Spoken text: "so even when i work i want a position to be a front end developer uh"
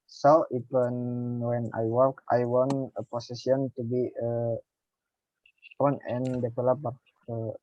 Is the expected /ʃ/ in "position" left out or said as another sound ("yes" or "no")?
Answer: yes